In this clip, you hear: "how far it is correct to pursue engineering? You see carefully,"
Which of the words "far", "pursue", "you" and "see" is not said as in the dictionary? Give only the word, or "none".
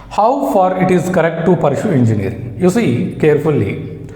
pursue